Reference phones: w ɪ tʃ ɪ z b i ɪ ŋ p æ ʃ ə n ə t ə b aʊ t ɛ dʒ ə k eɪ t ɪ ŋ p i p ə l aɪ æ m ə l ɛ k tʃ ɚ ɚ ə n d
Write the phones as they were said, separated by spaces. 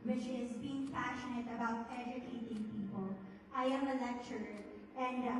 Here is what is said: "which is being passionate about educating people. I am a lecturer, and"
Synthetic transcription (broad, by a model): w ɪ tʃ ɪ z b i ɪ ŋ p æ ʃ ə n ə t ə b aʊ t ɛ dʒ ə k eɪ t ɪ ŋ p i p ə l aɪ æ m ə l ɛ k tʃ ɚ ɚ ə n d